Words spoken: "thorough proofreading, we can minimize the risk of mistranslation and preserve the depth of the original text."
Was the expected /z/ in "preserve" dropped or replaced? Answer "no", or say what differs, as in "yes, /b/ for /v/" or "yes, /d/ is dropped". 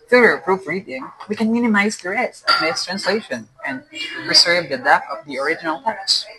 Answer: yes, /s/ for /z/